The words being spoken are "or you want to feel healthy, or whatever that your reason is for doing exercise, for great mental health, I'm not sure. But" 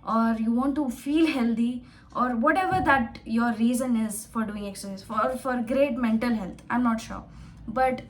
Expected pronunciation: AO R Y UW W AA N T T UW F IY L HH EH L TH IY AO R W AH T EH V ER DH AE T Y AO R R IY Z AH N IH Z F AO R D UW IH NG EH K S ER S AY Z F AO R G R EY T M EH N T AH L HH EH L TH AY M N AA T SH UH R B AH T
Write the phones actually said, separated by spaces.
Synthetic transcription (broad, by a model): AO R Y UW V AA N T T UW F IY L HH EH L T IY AO R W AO T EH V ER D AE T Y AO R R IY Z AH N IH Z F AO R D UW IH NG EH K S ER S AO F AO R G R EY T M EH N T AH L HH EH L T AY M N AA T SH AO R B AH T